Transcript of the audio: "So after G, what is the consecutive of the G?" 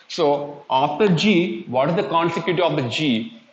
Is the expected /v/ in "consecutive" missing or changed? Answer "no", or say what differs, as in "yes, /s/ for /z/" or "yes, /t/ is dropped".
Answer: yes, /v/ is dropped